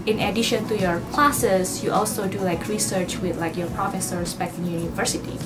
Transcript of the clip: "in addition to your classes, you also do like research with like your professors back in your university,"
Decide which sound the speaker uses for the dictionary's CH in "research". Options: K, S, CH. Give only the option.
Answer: CH